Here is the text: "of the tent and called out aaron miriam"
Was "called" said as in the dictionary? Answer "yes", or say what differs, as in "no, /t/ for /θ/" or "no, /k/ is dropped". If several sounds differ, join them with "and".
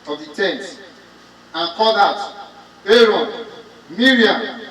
no, /l/ is dropped